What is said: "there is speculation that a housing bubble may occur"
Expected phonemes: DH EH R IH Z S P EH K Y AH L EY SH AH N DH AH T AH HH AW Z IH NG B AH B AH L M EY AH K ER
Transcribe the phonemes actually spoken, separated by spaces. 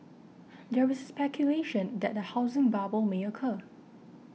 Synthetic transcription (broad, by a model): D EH W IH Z S P EH K Y AH L EY SH AH N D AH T AH HH AW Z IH NG B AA B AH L M EY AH K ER